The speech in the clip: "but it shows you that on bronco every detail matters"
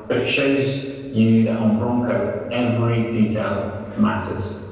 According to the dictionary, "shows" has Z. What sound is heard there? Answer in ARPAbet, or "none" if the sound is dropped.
Z